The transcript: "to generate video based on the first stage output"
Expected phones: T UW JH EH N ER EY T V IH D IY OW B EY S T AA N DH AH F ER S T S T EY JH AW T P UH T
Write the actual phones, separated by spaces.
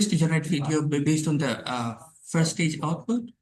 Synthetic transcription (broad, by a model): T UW JH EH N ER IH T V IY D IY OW B EY S T AA N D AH F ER T S T EY JH AW T P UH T